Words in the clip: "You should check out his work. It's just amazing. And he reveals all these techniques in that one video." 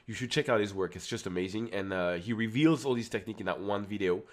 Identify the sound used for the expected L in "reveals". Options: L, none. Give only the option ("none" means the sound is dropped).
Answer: L